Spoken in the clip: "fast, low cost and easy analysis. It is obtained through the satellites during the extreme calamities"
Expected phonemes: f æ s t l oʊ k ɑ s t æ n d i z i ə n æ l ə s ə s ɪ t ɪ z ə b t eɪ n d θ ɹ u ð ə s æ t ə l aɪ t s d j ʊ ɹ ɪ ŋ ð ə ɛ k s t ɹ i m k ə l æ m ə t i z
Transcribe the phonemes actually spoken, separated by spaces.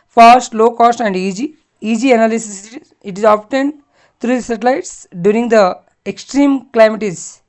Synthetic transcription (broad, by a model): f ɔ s t l oʊ k ɑ s t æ n d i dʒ i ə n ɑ l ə s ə s ɪ t ɪ z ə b t eɪ n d t ɹ u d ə s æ t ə l aɪ t s d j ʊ ɹ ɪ ŋ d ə ɛ k s t ɹ i m k l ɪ m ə t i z